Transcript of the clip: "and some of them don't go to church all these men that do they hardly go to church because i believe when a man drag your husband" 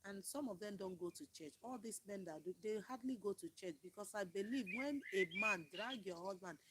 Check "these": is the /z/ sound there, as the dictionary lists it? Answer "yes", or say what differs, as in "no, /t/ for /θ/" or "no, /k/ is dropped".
no, /s/ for /z/